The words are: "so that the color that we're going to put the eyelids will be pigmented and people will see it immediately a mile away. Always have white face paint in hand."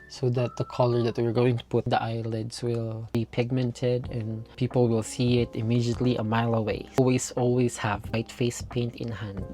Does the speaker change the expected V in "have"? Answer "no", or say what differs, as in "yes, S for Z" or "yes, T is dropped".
no